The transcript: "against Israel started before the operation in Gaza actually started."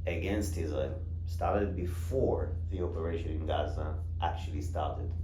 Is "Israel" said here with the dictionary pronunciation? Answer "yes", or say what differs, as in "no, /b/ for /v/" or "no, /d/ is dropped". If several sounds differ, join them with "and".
no, /ɹ/ is dropped